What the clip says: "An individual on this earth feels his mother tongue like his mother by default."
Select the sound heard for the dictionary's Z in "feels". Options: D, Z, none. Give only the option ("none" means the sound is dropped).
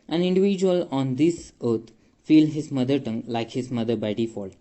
none